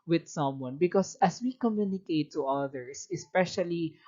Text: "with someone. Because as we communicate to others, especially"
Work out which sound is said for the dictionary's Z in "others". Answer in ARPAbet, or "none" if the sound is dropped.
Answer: S